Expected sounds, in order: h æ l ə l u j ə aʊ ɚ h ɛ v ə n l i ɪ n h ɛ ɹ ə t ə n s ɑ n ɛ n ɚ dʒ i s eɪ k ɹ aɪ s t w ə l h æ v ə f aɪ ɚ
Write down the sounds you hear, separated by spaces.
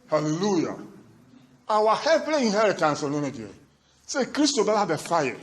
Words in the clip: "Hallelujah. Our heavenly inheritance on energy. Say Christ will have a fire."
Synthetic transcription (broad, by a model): h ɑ l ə l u j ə aʊ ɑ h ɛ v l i ɪ n h ɛ ɹ ə t ə n s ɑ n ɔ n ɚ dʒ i s eɪ k ɹ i s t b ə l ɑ b ə f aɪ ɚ